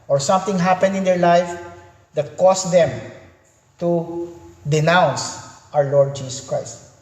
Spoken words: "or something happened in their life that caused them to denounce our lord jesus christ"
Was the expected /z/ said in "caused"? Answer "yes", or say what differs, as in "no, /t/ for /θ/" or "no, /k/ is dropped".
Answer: no, /s/ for /z/